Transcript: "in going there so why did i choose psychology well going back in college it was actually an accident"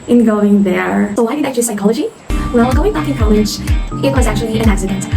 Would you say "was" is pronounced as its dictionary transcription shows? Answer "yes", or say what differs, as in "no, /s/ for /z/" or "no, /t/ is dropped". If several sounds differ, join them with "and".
yes